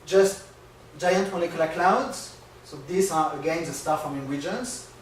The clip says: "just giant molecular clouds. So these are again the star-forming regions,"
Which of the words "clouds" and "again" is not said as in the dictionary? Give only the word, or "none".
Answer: none